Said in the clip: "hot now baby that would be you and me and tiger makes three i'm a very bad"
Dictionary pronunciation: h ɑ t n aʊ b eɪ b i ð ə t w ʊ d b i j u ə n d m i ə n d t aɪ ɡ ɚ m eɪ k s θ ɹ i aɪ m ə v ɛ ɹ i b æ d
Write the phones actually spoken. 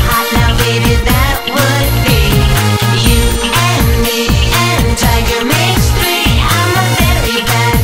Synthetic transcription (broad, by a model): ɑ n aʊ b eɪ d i ð ə t w ʊ d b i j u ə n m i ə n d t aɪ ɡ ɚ m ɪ s t ɹ i aɪ m ə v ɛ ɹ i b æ